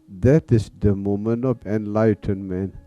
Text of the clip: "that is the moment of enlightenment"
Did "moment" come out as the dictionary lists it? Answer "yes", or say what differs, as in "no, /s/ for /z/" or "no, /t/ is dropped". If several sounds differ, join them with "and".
no, /t/ is dropped